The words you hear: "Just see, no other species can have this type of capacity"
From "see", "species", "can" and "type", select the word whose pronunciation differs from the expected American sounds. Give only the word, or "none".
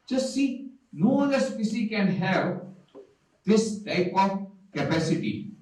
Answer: species